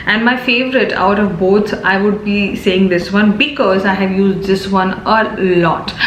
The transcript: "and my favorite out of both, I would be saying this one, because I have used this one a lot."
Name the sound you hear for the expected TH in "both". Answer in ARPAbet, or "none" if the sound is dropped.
S